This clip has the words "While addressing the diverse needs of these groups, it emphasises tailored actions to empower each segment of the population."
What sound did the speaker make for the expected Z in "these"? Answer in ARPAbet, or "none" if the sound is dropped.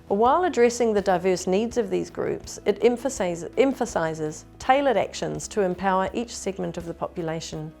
Z